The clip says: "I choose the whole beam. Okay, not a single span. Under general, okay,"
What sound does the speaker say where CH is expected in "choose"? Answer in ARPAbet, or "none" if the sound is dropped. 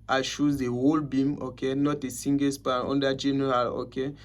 SH